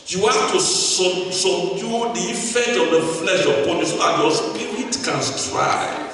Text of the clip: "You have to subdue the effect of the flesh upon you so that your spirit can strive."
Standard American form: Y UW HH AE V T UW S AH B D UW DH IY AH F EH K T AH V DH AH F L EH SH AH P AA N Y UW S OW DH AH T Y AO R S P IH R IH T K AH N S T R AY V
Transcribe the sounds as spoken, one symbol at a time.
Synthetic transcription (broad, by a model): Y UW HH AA F T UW S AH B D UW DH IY AH F EH K T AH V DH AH F L EH SH AH P AA N Y UW S OW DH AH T Y AO S P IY R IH T K AH N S T R AY